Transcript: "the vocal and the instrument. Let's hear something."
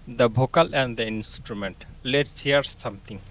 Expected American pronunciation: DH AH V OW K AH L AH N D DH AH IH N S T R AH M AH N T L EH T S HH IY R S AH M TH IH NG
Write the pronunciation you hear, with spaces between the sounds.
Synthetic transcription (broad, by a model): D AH B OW K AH L AH N D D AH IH N S T R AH M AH N T L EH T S HH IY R S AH M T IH NG